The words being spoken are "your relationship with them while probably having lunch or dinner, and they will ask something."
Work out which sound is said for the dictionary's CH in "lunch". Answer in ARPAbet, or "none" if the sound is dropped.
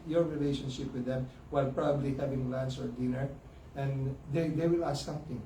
S